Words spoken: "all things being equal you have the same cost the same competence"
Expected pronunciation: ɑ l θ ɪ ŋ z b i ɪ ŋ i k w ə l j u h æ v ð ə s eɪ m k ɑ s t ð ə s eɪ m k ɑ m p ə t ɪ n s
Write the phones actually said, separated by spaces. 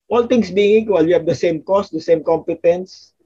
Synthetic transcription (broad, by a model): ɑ l t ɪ ŋ s b i ɪ ŋ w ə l j u h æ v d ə s eɪ m k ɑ s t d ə s eɪ m k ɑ m p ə t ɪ n s